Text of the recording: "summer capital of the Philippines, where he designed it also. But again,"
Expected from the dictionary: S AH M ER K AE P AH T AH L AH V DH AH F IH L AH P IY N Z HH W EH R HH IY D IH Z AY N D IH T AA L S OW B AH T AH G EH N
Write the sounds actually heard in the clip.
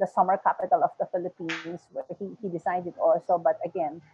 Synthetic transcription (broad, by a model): S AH M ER K AE P AH T AH L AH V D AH F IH L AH P IY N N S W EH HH HH IY D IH S AY D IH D AA L S OW B AH T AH G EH N